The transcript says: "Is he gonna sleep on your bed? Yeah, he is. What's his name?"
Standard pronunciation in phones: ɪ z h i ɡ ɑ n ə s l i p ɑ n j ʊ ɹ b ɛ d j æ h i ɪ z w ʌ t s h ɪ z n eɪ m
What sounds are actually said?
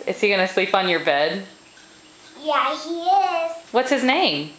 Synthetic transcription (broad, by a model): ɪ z h i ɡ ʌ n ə s l i p n j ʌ ɹ b ɛ d j æ h i ɪ z w ʌ t s h ɪ z n eɪ m